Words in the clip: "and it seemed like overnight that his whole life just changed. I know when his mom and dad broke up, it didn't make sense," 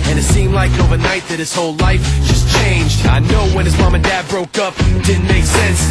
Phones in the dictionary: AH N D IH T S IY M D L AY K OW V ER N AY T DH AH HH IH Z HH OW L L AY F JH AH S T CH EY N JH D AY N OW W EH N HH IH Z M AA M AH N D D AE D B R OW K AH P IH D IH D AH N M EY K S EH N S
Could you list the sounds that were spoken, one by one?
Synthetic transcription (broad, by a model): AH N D IH T S IY M D L AY K OW V ER N AY T DH AH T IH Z HH OW L L AY F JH AH S CH EY N JH D AY N OW W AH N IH Z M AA M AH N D D AE D B R OW K AH P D IH D N M EY K S EH N S